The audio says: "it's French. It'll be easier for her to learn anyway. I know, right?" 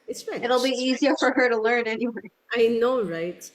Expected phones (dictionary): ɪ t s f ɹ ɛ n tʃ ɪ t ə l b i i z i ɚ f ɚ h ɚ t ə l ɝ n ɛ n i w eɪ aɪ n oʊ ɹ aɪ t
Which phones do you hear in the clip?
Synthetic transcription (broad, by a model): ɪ t s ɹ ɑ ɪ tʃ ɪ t l b i i z i ɚ f ɚ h ɚ t ə l ɝ n ɛ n i w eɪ aɪ n oʊ ɹ aɪ t